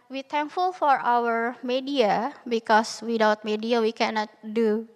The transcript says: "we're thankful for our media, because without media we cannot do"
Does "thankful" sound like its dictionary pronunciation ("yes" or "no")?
no